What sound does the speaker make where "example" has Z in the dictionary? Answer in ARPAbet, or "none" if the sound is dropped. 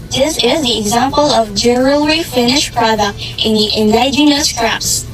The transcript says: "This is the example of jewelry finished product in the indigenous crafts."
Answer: Z